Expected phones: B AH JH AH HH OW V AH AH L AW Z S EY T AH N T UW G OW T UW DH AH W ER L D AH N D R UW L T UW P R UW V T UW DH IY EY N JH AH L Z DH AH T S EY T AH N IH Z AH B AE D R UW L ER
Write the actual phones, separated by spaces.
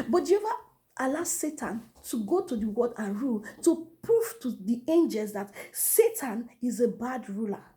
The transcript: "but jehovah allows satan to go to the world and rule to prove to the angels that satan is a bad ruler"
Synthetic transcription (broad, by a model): B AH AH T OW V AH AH L AW S EY T AH N T UW G OW T UW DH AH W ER D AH N R UW L T UW P R UW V T UW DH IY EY N JH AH L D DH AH T S EY T AH N IH Z AH B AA D R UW L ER